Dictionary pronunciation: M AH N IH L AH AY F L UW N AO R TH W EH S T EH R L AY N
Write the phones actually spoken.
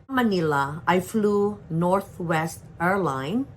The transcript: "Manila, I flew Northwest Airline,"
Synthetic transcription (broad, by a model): M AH N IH L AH AY F L UW N AO R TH W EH S T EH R L AY N